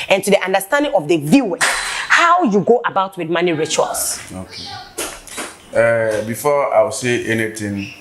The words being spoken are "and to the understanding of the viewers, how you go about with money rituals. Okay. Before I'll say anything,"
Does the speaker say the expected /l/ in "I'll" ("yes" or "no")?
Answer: no